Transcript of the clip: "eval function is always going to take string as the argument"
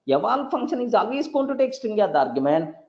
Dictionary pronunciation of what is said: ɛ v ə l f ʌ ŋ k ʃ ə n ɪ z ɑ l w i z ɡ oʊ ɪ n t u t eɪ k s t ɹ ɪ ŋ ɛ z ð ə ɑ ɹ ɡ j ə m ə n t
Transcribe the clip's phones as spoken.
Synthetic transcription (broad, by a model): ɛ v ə l f ʌ ŋ k ʃ ə n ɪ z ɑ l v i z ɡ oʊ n t u t eɪ k s t ɪ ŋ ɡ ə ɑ ɹ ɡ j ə m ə n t